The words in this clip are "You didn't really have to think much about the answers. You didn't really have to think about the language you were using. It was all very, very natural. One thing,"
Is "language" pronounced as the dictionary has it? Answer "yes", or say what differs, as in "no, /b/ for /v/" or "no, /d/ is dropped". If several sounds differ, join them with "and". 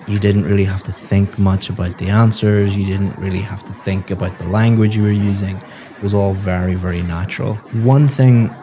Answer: yes